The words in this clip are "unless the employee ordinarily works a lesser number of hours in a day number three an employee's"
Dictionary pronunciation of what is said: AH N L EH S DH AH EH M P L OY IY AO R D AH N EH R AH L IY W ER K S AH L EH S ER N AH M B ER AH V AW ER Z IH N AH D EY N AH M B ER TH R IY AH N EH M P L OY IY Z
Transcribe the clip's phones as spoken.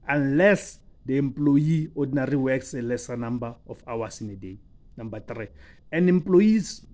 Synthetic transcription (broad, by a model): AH N L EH S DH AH EH M P L OY IY AO D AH N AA R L IY W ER K S AH L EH S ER N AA M B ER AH F AW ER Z IH N AH D EY N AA M B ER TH R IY AH N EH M P L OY IY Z